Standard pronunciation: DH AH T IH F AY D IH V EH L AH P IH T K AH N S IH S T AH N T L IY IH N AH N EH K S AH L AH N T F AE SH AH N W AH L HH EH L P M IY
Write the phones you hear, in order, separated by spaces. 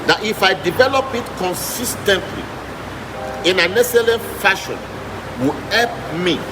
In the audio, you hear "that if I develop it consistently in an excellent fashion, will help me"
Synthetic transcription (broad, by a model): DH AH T IH F AY D IH V EH L AH P IH T K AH N S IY S T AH N T L IY IH N AH N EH S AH L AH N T F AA SH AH N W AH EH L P M IY